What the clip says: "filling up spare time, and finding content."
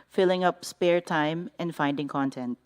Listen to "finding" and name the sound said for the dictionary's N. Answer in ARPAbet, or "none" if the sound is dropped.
N